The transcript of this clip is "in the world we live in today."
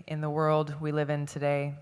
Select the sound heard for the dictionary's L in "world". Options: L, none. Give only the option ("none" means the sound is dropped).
L